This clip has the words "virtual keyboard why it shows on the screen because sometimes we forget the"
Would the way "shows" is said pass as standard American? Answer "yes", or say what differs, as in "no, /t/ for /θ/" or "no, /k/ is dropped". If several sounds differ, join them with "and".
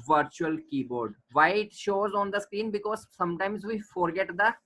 yes